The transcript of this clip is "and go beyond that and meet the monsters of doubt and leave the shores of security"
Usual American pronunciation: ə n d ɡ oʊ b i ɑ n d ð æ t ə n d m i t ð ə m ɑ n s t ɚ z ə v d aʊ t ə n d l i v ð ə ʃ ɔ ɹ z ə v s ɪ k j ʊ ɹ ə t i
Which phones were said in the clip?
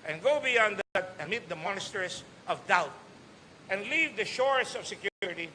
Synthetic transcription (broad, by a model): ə n ɡ oʊ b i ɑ n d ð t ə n m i t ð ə m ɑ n s t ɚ s ə v d aʊ t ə n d l i v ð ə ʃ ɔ ɹ s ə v s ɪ k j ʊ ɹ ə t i